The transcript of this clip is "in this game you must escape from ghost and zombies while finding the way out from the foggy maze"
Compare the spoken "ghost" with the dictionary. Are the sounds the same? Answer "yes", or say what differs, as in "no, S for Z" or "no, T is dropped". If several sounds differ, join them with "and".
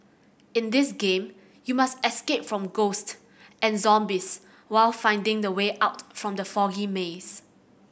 yes